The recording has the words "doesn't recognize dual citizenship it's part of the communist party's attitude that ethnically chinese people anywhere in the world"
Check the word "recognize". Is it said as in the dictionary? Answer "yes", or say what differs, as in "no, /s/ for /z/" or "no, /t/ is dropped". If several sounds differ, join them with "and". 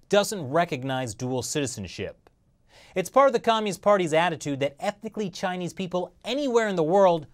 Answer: yes